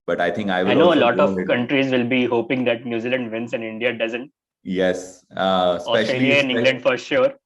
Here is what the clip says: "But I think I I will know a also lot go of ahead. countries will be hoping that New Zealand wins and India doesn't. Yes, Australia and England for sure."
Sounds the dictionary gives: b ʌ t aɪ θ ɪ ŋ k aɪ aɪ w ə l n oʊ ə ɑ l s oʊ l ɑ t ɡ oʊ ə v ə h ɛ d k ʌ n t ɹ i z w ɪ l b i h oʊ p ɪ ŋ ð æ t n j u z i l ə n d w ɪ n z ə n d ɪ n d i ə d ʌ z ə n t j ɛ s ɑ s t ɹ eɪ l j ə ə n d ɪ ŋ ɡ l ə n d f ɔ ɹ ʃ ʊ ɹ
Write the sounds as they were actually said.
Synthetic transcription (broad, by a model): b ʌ t aɪ t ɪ ŋ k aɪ aɪ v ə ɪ n oʊ ə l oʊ l ɑ t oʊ ə v k ʌ n t ɹ i z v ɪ l b i h oʊ p ɪ ŋ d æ t n j u z i l ə n d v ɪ n s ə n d ɪ n d i ə d ʌ z ə n t j ɛ s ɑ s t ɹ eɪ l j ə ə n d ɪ ɡ l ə n d f ɔ ɹ ʃ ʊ ɹ